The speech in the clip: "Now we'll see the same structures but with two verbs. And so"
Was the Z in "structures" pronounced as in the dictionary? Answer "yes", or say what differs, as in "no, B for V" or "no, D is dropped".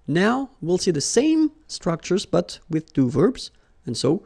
yes